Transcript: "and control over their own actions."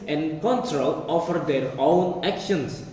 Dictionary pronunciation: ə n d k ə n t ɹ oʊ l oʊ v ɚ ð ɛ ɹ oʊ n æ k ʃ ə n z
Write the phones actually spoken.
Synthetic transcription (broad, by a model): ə n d k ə n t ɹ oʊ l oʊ f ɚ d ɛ ɹ oʊ n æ k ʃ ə n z